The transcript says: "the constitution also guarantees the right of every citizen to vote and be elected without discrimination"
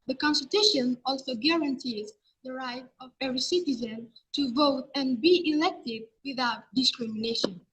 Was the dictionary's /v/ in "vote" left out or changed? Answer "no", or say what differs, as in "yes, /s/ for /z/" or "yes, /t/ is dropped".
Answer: no